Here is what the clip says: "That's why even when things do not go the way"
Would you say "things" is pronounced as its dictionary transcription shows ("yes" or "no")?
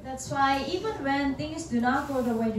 no